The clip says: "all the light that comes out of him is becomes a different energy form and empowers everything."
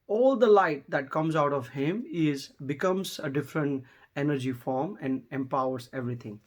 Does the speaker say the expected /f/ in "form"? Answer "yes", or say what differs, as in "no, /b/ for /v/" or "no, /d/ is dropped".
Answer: yes